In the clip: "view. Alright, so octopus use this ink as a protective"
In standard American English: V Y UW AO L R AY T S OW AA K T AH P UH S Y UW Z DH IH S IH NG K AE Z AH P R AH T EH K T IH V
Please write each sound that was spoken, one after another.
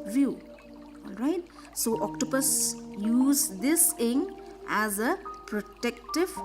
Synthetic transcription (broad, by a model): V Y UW AO L R AY T S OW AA K T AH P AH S Y UW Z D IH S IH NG AE Z AH P R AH T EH K T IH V